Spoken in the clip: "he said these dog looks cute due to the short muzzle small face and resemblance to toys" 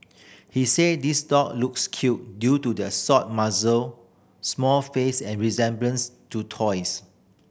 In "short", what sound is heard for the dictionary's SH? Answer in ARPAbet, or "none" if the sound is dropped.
S